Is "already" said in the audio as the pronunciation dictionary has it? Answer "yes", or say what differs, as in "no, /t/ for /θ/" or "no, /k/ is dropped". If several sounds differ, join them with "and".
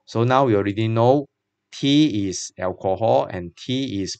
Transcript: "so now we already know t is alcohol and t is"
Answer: yes